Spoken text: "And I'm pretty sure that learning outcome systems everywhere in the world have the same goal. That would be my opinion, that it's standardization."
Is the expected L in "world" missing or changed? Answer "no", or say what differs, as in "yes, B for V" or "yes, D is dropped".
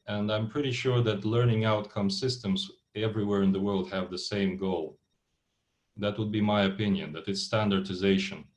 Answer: no